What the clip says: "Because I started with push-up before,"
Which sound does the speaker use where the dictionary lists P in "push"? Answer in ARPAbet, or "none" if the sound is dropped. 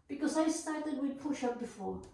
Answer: P